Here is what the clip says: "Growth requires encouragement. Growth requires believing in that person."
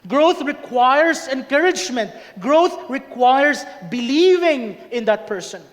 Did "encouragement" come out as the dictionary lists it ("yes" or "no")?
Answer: yes